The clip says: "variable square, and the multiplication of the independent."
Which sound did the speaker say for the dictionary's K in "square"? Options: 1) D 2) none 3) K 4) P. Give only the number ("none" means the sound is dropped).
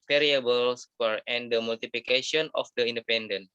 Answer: 2